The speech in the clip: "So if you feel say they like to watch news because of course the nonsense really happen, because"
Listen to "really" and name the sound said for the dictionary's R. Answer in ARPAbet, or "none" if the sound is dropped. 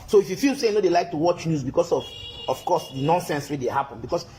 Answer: W